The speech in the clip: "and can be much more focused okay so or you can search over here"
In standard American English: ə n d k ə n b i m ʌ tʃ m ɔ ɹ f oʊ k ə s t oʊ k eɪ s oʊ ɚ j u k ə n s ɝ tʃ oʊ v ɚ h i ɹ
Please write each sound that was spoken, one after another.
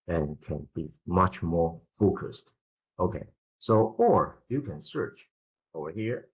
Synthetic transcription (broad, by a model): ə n k ə n b i m ʌ tʃ m ɔ ɹ f oʊ k ə s t oʊ k eɪ s oʊ ɚ j u k ə n s ɝ tʃ oʊ v ɚ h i ɹ